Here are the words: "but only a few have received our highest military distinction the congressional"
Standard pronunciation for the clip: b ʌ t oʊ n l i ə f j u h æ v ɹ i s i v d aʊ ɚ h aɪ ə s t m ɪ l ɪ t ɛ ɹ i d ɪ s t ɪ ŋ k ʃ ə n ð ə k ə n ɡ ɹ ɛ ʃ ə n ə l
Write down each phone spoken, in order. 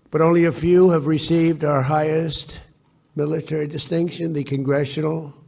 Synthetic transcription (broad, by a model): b ʌ t oʊ n l i ə f j u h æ v ɹ i s i v d aʊ ɚ h aɪ ə s t m ɪ l ɪ t ɛ ɹ i d ɪ s t ɪ ŋ k ʃ ə n ð ə k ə n ɡ ɹ ɛ ʃ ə n l